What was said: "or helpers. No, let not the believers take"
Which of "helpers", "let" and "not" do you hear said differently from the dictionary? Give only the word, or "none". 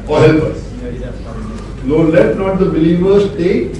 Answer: helpers